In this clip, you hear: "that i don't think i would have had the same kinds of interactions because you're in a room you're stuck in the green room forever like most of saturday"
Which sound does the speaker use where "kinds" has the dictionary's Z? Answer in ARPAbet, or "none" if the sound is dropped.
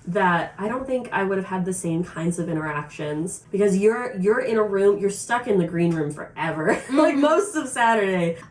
Z